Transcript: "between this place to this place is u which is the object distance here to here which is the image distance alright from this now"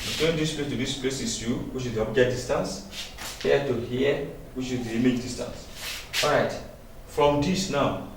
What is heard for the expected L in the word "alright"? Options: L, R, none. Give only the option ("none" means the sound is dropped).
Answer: none